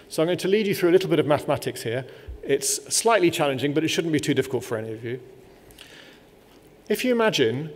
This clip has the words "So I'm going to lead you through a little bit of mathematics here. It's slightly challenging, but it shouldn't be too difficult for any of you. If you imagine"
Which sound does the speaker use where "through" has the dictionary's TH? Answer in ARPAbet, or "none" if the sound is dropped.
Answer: TH